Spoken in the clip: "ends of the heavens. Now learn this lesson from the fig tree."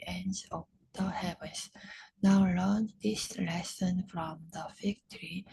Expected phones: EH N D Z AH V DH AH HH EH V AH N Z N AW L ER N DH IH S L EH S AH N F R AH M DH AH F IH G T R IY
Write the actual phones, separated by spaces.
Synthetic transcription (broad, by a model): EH N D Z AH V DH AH HH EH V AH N S N AW L ER N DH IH S L EH S AH N F R AH M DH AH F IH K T R IY